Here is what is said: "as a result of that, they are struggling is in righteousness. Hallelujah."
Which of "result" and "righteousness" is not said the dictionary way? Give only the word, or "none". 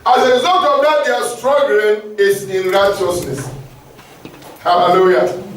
result